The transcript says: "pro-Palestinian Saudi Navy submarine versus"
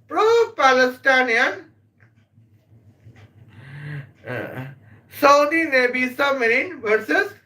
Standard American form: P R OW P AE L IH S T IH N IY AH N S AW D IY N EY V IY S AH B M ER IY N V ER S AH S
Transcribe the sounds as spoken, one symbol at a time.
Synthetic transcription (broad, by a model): P R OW P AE L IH S T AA N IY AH N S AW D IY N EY B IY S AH M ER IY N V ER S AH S